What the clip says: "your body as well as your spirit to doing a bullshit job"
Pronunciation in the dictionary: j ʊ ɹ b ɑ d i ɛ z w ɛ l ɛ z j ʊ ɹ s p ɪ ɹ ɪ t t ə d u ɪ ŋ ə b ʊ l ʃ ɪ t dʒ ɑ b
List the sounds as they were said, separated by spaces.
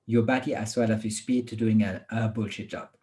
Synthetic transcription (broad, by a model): j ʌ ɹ b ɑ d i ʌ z w ɛ l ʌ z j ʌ s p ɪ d t ə d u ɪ ŋ ə b ʊ l ʃ ɪ t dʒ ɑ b